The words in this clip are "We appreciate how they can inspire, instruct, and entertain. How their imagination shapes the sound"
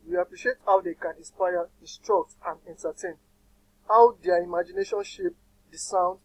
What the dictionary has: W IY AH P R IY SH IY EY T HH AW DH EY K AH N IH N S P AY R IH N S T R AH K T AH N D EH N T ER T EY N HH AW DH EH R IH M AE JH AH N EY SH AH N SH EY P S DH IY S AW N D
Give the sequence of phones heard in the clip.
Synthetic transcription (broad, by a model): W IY AH P R IY SH IY EY T HH AW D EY K AH N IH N S P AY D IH S T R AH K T AH N D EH N T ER T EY N HH AW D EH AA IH M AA JH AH N EY SH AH N SH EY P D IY S AW N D